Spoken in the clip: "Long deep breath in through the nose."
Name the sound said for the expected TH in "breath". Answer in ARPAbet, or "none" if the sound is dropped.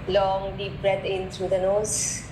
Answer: T